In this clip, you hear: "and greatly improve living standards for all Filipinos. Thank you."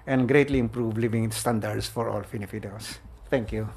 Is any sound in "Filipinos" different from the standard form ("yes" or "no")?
yes